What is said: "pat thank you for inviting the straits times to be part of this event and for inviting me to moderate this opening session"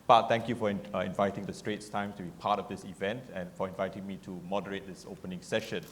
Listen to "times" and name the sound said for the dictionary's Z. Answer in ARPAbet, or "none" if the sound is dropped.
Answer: none